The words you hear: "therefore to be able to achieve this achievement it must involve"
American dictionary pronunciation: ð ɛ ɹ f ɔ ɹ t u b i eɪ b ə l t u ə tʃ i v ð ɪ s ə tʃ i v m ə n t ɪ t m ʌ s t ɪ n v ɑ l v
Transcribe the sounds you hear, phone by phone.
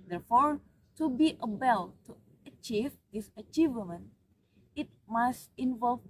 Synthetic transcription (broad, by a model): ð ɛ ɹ f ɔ ɹ t u b i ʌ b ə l t u ə tʃ i v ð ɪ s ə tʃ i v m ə n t ɪ t m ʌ s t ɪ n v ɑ l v